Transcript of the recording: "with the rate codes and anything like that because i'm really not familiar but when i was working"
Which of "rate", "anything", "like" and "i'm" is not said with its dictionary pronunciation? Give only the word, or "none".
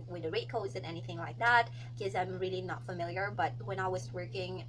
none